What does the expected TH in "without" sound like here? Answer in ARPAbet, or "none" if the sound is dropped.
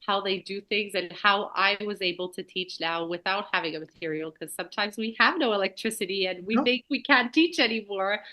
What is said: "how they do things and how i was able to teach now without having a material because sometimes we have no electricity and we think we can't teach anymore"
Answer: TH